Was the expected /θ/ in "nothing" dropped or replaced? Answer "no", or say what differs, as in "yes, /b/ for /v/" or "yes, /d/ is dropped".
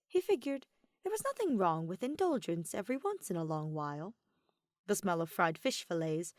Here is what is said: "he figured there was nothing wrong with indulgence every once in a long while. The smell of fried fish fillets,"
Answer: no